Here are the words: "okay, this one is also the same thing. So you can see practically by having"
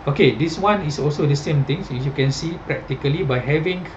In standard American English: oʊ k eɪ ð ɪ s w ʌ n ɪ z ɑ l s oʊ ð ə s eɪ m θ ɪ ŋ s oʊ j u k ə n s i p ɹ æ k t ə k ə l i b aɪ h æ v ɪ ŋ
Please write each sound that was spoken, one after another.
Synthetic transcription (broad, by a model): oʊ k eɪ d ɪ s w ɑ n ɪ s ɑ l s oʊ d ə s eɪ m t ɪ ŋ s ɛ j u k ə n s i p ɹ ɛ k t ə k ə l i b aɪ h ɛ v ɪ ŋ